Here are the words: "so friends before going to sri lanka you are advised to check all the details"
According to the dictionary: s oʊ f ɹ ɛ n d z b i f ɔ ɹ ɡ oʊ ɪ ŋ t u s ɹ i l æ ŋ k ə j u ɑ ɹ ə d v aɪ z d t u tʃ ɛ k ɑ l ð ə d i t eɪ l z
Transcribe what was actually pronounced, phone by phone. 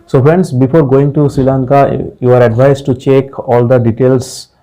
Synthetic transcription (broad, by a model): s oʊ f ɹ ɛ n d s b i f ɔ ɹ ɡ oʊ ɪ ŋ t u s ɹ i l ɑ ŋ k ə j u ɑ ɹ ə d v aɪ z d t u tʃ ɛ k ɑ l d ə d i t eɪ l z